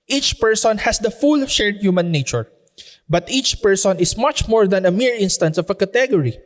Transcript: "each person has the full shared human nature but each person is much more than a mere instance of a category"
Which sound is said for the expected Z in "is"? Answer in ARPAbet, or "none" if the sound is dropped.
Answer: S